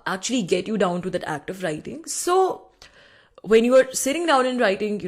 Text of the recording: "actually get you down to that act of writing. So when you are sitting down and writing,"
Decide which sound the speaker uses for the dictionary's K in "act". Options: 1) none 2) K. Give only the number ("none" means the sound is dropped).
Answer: 2